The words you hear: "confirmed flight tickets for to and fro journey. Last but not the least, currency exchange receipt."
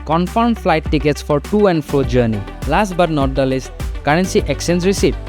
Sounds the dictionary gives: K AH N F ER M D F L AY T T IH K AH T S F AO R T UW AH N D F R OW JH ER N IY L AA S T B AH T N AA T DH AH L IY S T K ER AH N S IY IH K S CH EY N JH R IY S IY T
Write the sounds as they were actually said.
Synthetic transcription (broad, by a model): K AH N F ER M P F L AY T T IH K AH T S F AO R T UW AH N D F R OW JH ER N IY L AA S T B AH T N AA T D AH L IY S T K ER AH N S IY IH K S EY N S R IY S IY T